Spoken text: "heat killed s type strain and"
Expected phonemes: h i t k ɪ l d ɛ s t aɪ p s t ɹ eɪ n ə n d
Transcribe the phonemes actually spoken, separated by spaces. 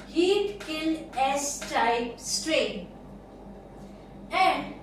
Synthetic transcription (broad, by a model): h i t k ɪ l ɛ s t aɪ p s t ɹ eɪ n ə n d